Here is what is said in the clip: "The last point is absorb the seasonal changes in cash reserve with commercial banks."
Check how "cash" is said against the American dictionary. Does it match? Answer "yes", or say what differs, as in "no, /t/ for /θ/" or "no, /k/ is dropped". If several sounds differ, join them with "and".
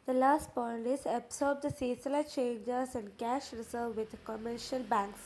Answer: yes